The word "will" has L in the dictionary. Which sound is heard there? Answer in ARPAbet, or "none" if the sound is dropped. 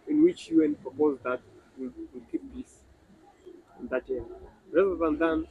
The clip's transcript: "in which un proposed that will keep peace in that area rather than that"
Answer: W